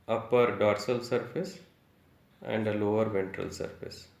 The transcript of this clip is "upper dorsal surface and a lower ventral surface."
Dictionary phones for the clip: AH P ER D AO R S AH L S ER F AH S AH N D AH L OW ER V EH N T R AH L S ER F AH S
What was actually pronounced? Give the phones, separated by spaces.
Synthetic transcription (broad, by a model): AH P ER D AO R S AH L S ER F AH S AH N D AH L OW ER V EH N T R AH L S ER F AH S